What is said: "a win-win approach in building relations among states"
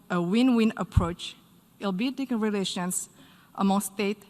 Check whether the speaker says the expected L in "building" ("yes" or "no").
no